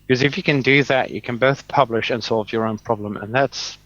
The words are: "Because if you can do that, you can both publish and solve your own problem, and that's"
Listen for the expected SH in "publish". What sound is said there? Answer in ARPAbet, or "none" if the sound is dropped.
SH